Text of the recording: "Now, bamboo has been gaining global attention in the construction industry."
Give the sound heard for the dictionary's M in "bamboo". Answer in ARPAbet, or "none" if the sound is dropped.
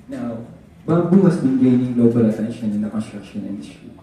none